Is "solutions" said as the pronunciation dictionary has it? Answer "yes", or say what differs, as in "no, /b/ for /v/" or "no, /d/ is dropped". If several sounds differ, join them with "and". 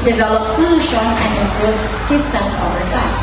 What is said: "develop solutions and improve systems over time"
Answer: no, /z/ is dropped